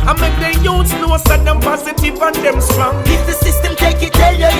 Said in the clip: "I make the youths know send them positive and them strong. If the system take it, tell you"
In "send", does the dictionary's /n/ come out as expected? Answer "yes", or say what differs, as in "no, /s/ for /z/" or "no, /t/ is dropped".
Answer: no, /n/ is dropped